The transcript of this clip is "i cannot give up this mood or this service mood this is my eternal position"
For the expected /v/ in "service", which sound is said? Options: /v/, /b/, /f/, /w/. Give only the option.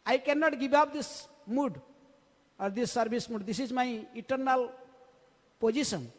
/b/